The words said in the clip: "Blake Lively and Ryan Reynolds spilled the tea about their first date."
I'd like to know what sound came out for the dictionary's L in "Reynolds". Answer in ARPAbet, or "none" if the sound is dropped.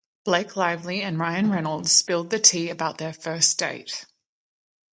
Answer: L